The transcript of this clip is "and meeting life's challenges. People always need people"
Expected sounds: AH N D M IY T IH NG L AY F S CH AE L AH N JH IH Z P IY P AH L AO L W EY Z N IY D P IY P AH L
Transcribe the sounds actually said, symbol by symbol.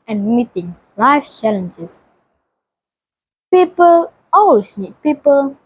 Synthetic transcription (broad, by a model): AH N M IY T IH NG L AY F CH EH L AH N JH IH S P IY P AH L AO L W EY S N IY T P IY P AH L